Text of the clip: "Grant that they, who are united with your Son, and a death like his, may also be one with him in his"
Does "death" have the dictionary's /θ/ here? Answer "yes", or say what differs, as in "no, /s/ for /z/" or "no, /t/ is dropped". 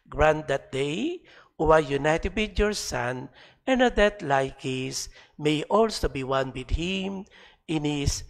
no, /t/ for /θ/